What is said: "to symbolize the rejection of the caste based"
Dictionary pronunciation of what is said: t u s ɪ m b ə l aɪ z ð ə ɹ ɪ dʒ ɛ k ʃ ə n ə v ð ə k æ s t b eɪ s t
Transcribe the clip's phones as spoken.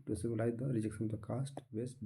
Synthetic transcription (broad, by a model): t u s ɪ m ə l aɪ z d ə ɹ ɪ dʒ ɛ k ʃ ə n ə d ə k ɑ s t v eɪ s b